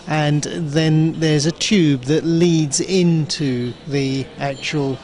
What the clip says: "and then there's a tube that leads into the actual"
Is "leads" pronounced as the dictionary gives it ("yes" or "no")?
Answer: yes